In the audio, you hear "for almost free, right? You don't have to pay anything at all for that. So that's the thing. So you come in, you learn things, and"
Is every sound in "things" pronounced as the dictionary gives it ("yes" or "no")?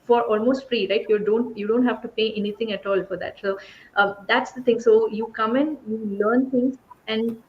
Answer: no